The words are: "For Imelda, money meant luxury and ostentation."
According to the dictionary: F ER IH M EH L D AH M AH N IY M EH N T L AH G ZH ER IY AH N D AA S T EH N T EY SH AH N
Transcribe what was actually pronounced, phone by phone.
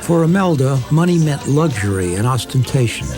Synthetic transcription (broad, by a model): F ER IH M EH L D AH M AH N IY M EH N T L AH G ZH ER IY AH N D AA S T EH N T EY SH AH N